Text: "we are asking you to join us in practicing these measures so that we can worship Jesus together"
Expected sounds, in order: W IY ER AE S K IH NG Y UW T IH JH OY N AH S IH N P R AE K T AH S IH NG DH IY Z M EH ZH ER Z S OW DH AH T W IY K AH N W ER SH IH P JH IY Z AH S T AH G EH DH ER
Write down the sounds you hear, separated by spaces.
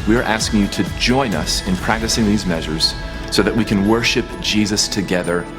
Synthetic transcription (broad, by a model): W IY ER AE S K IH NG Y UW T IH JH OY N AH S IH N P R AE K T AH S IH NG DH IY Z M EH ZH ER Z S OW DH AH T W IY K AH N W ER SH IH P JH IY Z AH S T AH G EH DH ER